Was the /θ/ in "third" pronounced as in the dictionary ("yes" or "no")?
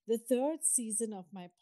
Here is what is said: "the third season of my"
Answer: no